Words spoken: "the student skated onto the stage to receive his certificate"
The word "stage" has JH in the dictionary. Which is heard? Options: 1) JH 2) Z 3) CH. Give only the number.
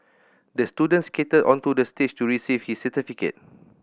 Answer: 3